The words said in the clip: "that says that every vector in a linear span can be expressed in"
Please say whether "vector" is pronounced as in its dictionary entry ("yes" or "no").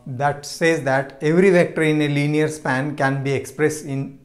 yes